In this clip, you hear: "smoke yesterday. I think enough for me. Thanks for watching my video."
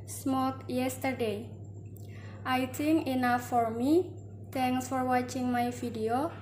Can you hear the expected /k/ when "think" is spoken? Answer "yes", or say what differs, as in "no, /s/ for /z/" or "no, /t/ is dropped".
no, /k/ is dropped